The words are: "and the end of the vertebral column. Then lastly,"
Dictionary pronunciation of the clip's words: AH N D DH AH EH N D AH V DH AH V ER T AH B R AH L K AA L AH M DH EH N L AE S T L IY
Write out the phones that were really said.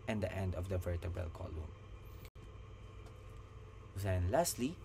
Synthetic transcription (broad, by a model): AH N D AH EH N D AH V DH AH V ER T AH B AH L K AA L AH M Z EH N L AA S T L IY